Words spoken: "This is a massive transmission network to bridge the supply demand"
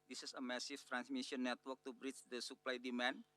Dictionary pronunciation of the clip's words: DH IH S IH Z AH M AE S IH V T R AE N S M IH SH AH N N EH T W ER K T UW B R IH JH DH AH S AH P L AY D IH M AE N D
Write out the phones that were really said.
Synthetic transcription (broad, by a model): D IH S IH S AH M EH S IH F T R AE N S M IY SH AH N N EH T W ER K T UW B R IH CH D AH S AH P L AY D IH M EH N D